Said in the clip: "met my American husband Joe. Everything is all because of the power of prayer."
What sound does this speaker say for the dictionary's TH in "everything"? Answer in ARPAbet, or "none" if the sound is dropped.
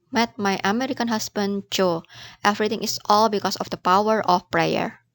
T